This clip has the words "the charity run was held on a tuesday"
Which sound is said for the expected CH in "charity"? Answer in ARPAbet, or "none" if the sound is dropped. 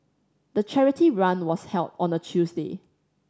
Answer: CH